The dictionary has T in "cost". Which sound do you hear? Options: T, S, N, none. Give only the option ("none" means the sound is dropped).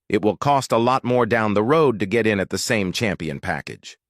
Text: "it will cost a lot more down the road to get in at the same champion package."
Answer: T